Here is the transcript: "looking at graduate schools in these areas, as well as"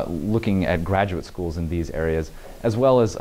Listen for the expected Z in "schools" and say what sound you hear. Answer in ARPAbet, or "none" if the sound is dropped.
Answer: Z